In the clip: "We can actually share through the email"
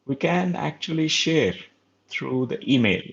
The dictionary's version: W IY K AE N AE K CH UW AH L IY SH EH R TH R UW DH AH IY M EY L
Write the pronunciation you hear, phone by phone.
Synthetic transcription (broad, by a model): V IY K AE N AE K CH UW AH L IY SH EH R T R UW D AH IY M EY L